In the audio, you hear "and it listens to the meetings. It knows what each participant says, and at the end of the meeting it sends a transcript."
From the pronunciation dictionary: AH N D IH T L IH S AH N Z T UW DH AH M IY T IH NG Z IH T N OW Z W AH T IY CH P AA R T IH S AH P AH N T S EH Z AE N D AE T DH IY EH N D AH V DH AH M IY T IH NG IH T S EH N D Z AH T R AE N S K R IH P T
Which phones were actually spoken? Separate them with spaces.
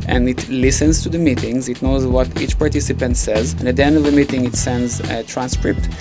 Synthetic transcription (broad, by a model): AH N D IH T L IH S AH N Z T UW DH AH M IY T IH NG Z IH T N OW Z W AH T IY CH P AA R T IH S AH P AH N T S EH Z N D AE T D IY EH N D AH V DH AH M IY T IH NG IH T S EH N D Z T R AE N S K R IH P T